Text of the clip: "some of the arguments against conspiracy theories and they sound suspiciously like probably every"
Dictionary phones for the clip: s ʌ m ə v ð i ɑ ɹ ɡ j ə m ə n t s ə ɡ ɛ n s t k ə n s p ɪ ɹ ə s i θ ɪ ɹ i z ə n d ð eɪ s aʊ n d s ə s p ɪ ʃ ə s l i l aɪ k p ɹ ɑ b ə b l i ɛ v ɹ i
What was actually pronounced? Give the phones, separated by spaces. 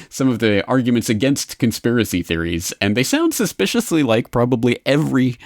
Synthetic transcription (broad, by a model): s ʌ m ə v ð i ɑ ɹ ɡ j ə m ə n t s ə ɡ ɛ n s t k ə n s p ɪ ɹ ə s i θ ɪ ɹ i z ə n ð eɪ s aʊ n d s ə s p ɪ ʃ ə s l i l aɪ k p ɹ ɑ b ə b l i ɛ v ɹ i